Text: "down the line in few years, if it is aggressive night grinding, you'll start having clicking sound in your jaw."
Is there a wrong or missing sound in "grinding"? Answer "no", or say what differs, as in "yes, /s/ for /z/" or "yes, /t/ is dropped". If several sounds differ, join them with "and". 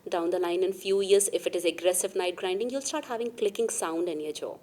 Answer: no